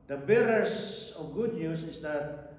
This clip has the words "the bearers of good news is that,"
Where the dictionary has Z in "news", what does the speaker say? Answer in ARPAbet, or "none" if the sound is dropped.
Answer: S